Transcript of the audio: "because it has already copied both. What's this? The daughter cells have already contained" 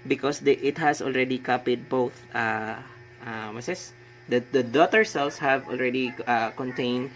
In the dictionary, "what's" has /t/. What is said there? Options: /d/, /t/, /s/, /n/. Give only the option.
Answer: /s/